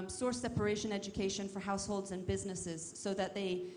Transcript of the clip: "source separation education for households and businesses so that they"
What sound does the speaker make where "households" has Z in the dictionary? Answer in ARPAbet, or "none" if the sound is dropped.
Z